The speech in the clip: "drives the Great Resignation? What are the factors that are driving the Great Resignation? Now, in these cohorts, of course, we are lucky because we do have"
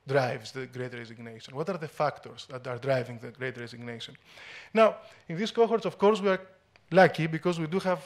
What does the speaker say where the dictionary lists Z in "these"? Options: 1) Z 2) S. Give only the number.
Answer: 2